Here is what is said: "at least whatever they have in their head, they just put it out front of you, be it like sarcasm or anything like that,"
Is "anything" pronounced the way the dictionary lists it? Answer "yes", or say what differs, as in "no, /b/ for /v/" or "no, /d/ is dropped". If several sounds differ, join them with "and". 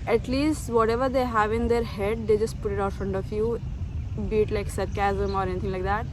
no, /t/ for /θ/